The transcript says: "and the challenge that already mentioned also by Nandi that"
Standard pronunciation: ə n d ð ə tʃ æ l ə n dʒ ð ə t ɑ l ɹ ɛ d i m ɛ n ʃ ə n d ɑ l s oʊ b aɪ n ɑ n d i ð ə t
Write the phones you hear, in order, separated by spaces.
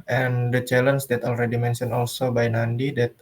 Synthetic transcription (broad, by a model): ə n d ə tʃ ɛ l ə n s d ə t ɑ l ɹ ɛ d i m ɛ n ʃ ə n ɑ l s oʊ b aɪ n ɑ n d i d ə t